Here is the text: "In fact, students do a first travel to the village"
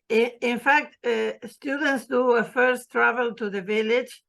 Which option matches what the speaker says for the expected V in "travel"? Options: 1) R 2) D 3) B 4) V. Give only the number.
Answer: 4